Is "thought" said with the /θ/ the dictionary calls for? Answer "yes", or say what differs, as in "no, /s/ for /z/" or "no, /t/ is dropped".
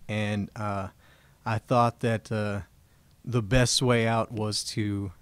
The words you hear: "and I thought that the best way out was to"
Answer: yes